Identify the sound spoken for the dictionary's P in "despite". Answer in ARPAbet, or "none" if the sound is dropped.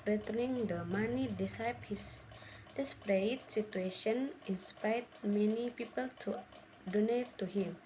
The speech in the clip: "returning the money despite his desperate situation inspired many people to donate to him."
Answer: none